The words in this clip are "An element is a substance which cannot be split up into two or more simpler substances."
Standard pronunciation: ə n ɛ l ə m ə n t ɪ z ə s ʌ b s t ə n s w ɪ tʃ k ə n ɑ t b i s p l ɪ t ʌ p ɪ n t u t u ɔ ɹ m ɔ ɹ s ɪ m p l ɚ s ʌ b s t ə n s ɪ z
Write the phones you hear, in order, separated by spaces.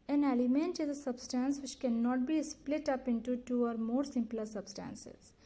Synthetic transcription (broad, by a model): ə n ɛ l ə m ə n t ɪ z ə s ʌ b s t ə n s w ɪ tʃ k ə n ɑ t b i s p l ɪ t ʌ p ɪ n t u t u ɔ ɹ m ɔ ɹ s ɪ m p l ɚ s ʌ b s t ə n s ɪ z